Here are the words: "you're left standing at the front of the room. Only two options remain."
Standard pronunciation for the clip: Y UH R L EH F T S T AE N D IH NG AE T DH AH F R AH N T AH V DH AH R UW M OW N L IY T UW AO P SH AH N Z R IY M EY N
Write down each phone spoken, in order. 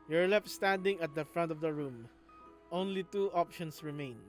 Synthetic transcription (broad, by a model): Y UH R L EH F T S T AE N D IH NG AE T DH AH F R AH N T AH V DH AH R UW M OW N L IY T UW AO P SH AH N S R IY M EY N